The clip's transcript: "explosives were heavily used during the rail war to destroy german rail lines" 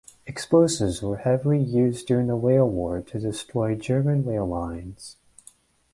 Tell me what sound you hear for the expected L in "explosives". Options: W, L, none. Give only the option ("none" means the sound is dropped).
none